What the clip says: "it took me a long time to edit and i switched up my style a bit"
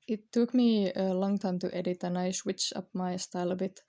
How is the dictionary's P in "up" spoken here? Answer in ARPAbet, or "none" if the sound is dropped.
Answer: P